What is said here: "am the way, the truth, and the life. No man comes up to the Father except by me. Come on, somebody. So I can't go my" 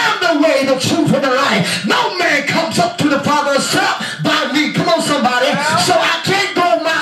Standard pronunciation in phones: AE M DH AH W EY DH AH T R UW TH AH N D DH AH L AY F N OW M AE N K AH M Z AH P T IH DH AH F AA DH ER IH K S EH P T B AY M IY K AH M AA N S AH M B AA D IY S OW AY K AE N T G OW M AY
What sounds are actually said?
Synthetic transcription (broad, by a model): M DH AH W EY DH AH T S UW F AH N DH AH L AY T N OW M AE N K AH M Z AH P T IH DH AH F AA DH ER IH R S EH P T B AY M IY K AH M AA S AH M B AA D IY S OW AY K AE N G OW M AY